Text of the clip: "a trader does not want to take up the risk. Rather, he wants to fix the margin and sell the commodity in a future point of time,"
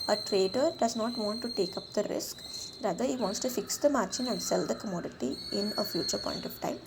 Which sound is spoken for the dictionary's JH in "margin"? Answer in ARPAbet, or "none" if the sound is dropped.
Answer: CH